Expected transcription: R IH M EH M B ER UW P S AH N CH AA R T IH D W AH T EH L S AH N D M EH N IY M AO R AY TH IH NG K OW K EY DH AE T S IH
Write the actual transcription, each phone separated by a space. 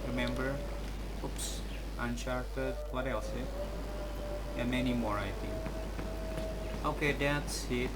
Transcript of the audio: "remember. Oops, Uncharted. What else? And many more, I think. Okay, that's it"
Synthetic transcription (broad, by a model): R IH M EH M B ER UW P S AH N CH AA R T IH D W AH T EH L S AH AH M EH N IY M AO R AY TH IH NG OW K EY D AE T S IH